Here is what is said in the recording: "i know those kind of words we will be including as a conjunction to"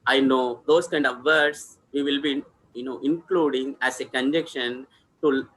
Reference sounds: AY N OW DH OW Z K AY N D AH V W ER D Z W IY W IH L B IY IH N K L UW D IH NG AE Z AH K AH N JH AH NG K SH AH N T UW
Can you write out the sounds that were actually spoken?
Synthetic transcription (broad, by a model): AY N OW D OW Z K AY N D AH V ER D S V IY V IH L B IY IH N K L UW D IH NG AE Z AH K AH N JH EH K SH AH N T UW